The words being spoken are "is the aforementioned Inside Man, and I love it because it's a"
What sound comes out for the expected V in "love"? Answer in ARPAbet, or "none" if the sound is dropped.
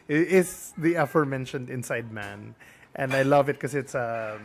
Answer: V